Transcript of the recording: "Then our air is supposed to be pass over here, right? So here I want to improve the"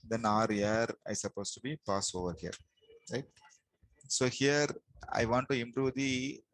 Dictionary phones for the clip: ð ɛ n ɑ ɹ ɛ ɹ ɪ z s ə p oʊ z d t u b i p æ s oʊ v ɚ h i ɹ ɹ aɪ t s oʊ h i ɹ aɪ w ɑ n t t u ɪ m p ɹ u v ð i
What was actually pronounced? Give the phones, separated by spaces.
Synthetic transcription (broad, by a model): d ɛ n ɑ ɹ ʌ ɹ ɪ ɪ s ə p oʊ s t u b i p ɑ s oʊ v ɚ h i ɹ ɹ aɪ t s oʊ h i ɹ aɪ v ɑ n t t u ɪ m p ɹ u v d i